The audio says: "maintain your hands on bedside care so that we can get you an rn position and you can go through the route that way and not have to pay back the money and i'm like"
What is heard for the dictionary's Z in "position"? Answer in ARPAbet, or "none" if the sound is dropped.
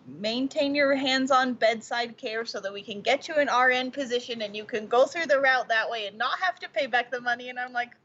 Z